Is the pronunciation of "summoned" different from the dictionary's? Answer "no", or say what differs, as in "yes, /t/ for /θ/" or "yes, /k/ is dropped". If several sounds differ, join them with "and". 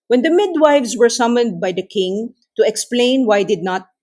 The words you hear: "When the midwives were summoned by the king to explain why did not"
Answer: no